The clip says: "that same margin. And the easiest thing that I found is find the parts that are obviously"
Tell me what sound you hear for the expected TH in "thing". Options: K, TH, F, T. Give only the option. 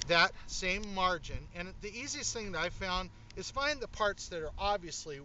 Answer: TH